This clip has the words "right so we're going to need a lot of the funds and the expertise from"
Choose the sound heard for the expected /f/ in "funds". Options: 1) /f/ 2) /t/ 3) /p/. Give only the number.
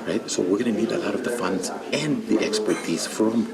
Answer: 1